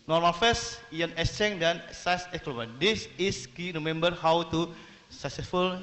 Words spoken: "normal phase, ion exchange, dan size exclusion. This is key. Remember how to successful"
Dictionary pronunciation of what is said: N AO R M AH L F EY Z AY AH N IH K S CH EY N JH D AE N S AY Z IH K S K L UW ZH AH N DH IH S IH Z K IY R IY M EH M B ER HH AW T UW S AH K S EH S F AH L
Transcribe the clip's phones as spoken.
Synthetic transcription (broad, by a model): N AO R M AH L F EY S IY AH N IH S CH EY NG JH D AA N S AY S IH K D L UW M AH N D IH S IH S K IY R IY M EH M B ER HH AW T UW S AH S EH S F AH L